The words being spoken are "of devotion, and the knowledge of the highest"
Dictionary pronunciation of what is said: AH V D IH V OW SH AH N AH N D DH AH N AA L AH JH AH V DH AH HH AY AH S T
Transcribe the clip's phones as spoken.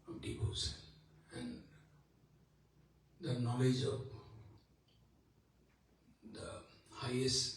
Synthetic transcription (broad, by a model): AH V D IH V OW S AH N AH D N AA L AH JH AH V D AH HH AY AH S